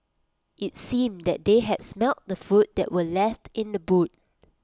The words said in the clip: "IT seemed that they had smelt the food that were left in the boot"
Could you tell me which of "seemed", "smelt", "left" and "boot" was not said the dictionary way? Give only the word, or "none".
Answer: none